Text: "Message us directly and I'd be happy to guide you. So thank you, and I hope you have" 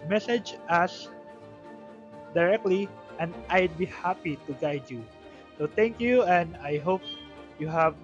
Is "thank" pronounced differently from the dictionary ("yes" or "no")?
yes